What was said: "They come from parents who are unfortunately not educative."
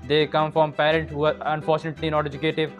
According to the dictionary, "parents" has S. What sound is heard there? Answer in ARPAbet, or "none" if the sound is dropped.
none